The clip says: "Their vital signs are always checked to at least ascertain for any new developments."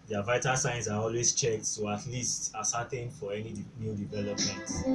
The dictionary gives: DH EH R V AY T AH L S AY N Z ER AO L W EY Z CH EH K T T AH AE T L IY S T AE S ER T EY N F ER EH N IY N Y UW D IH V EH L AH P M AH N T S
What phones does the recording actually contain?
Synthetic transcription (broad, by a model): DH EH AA V AY T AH S AY N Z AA AO L W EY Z CH EH K T S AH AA T L IY S T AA S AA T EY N F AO EH N IY N Y UW D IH V EH L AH P M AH N T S